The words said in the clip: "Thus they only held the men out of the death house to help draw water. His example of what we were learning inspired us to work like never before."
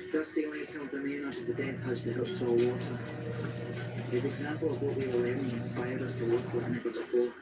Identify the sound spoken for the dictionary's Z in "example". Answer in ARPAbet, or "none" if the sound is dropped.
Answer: Z